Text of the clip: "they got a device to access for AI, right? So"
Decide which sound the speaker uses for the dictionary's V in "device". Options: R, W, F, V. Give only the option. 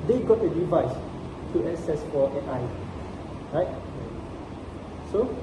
V